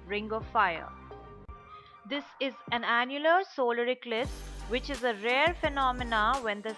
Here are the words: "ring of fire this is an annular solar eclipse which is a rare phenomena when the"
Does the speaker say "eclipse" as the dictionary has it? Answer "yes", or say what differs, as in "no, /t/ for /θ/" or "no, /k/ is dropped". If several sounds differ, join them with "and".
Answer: no, /p/ is dropped